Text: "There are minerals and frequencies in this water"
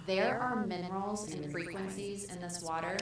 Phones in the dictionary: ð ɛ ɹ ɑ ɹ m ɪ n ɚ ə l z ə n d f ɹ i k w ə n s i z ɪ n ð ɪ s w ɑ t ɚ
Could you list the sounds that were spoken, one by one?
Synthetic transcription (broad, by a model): ð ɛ ɹ ɑ ɹ m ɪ n ɚ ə l z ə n f ɹ i k w ə n s i z ɪ n ð ɪ s w ɑ t ɚ